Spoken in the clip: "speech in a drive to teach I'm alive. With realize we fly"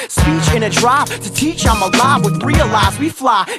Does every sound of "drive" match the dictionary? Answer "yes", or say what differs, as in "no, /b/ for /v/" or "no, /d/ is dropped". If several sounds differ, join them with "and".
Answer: no, /p/ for /v/